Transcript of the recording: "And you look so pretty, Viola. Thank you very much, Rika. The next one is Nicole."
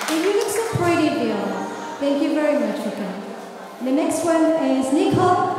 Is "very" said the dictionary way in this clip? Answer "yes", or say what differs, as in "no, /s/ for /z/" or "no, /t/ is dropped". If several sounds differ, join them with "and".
yes